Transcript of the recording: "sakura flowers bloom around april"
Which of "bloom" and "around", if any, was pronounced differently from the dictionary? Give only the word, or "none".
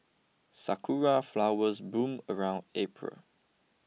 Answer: bloom